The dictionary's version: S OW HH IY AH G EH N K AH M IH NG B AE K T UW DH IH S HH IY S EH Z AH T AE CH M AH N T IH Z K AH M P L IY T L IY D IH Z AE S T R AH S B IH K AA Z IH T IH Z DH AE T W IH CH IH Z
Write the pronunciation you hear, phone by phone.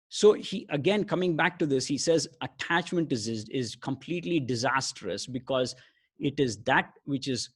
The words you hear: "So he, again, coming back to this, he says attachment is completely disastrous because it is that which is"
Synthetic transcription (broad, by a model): S OW HH IY AH G EH N K AH M IH NG B AE K T UW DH IH S HH IY S EH Z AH T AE CH M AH N T IH Z K AH M P L IY T L IY D IH Z AE S T R AH S B IH K AA Z IH T IH Z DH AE T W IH CH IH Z